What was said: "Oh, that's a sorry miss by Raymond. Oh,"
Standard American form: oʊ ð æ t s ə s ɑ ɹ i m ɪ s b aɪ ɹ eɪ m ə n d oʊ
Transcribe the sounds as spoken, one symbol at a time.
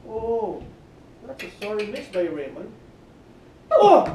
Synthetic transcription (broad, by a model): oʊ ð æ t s ə s ɑ ɹ i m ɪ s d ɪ ɹ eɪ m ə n oʊ